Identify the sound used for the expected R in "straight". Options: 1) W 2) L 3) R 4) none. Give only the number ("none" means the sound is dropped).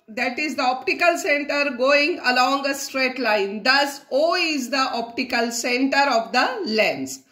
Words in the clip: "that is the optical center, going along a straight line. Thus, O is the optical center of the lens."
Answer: 3